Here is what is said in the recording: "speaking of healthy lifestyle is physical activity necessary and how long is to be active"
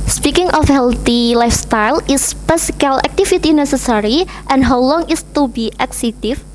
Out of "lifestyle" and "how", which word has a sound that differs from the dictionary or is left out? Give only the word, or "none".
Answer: none